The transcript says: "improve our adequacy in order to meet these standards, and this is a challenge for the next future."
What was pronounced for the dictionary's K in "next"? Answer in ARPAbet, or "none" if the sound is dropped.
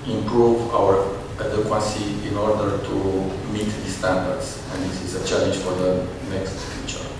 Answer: K